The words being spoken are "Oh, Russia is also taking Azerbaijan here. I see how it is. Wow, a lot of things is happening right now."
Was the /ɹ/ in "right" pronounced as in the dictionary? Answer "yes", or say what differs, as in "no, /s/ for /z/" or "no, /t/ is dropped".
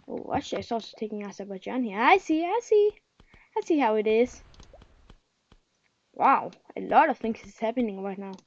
yes